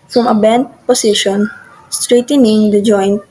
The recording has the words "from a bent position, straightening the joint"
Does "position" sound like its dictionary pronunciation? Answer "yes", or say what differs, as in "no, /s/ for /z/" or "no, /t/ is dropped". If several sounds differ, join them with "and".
no, /s/ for /z/